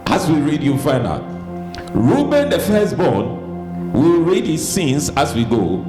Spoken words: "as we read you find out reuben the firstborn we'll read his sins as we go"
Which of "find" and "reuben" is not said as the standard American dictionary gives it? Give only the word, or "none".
find